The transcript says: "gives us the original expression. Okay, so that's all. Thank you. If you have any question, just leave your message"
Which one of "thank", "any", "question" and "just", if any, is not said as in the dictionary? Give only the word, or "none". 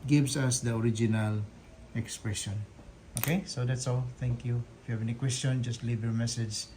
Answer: thank